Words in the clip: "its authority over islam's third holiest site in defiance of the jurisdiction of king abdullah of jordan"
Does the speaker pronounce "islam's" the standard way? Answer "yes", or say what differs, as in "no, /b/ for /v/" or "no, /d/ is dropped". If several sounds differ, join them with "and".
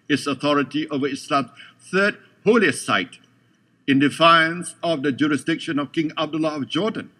no, /z/ is dropped